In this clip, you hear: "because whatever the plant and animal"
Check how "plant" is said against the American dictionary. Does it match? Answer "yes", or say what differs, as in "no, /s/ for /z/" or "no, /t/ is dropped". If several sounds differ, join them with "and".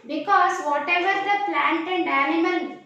yes